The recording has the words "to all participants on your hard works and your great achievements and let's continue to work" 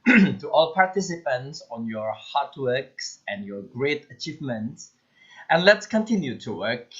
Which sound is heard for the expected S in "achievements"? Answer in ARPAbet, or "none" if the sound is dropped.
S